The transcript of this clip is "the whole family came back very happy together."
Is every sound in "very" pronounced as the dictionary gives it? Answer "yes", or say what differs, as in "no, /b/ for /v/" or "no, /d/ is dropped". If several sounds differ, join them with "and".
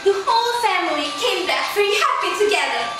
no, /f/ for /v/